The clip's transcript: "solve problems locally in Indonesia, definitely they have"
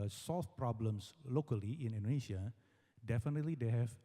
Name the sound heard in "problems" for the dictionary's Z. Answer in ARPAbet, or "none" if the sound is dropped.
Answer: S